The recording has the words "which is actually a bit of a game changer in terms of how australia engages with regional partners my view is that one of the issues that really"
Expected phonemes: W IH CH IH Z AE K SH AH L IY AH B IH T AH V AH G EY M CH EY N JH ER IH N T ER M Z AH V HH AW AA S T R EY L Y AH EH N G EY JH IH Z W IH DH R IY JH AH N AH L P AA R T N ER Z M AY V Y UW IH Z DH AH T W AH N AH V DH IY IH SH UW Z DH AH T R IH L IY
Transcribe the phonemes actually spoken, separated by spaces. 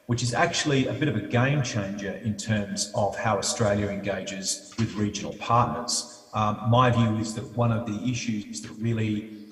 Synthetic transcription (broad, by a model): W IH CH IH Z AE K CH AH L IY AH B IH T AH V AH G EY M CH EY N JH ER IH N T ER M Z AH V HH AW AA S T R EY L Y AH EH N G EY JH IH Z W IH DH R IY JH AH N L P AA R T N ER Z M AY V Y UW IH Z DH AH T W AH N AH V DH IY IH SH UW Z DH AH T R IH L IY